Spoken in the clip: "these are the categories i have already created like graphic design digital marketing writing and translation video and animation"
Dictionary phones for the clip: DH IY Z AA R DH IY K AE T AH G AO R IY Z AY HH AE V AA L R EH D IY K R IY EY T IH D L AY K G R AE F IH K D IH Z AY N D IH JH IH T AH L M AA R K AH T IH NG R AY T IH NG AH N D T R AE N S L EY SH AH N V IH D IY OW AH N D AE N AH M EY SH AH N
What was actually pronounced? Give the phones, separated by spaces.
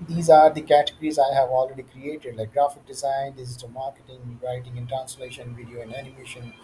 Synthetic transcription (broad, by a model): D IY Z AA R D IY K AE T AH G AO R IY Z AY HH AE V AA L R EH D IY K R IY EY T IH D L AY K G R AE F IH K D IH Z AY N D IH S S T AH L M AA R K AH T IH NG R AY T IH NG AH N T R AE N S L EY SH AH N V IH D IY OW AH N D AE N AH M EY SH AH N